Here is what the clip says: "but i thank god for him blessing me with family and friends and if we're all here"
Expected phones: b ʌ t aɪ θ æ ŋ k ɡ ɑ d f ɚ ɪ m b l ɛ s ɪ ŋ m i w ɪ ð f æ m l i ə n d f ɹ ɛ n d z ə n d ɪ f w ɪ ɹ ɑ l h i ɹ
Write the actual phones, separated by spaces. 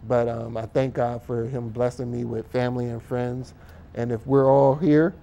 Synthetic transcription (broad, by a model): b ʌ t aɪ θ æ ŋ k ɡ ɑ d f ɚ ɪ m b l ɛ s ɪ ŋ m i w ɪ ð f æ m l i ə n f ɹ ɛ n d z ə n ɪ f w ɪ ɹ ɑ l h i ɹ